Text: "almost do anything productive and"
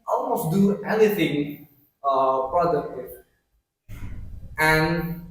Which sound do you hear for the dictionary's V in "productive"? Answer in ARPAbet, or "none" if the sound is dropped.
none